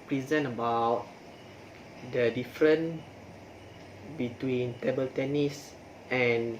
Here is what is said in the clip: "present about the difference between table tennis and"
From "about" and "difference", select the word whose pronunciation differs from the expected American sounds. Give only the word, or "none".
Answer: difference